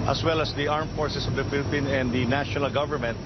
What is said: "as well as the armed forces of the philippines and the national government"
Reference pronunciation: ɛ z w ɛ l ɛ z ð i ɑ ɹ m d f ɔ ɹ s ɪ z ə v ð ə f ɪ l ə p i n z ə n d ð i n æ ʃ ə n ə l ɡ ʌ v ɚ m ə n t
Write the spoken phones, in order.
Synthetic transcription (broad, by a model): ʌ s w ɛ l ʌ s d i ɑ ɹ m f ɔ ɹ s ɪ s ə v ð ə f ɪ l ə p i n ə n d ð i n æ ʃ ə n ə l ɡ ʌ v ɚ m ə n t